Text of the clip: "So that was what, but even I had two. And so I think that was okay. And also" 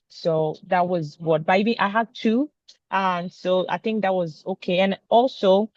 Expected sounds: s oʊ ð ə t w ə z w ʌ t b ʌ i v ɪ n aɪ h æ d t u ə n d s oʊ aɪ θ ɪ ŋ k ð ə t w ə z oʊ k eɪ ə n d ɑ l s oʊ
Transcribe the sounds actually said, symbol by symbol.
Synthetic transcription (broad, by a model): s oʊ ð ə t w ə z w ʌ t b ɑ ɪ b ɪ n aɪ h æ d t u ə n s oʊ aɪ θ ɪ ŋ k ð ə t w ə z oʊ k eɪ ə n ɑ l s oʊ